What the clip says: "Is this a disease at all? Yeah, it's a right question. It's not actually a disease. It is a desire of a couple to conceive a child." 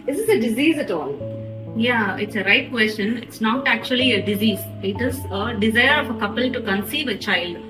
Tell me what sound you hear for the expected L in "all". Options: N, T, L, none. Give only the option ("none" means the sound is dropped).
N